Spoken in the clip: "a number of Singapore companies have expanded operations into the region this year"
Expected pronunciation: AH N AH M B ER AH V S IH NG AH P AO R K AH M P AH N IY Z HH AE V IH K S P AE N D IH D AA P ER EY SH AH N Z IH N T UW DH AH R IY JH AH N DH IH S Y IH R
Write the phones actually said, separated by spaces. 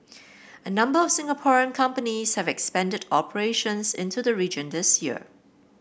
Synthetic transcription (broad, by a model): AH N AH M B ER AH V S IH NG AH P AO R K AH M P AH N IY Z HH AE V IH K S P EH N D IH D AA P ER EY SH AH N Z IH N T UW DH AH R IY JH AH N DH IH S Y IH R